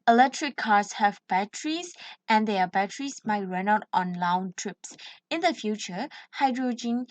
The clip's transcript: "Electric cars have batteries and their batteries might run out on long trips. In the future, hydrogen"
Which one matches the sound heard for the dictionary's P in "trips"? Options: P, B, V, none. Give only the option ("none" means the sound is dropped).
P